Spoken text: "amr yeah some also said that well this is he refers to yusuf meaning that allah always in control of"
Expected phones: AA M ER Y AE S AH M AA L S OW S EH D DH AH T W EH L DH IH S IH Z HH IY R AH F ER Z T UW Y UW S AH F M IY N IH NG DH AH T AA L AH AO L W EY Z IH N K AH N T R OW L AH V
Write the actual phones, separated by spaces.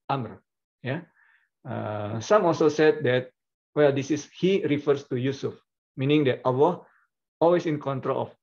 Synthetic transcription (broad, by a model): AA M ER Y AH S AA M AA L S OW S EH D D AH T W EH L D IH S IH S HH IY R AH F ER S T UW Y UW S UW F M IY N IH NG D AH T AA W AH AO L W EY S IH N K AH N T R OW L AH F